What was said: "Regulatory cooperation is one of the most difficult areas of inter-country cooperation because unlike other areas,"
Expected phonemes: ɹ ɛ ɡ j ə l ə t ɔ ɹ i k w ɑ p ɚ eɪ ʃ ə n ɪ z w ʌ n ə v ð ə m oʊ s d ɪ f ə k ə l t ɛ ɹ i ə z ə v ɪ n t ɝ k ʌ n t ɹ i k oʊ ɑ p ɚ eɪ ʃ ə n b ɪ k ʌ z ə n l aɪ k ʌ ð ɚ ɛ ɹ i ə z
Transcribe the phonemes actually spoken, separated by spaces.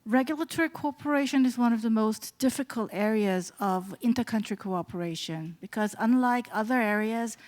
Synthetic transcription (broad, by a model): ɹ ɛ ɡ j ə l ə t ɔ ɹ i k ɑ p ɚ eɪ ʃ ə n ɪ z w ʌ n ə v ð ə m oʊ s d ɪ f ə k ə l t ɛ ɹ i ə z ə v ɪ n t ɝ k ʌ n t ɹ i k oʊ ɑ p ɚ eɪ ʃ ə n b ɪ k ʌ z ə n l aɪ k ʌ ð ɚ ɛ ɹ i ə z